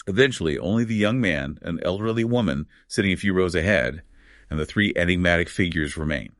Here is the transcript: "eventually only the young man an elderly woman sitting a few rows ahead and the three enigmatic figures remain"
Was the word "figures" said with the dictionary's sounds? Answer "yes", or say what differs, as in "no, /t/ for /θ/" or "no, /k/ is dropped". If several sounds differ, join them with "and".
yes